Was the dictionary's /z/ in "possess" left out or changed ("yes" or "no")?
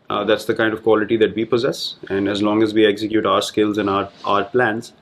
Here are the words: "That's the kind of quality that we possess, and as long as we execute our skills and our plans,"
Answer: no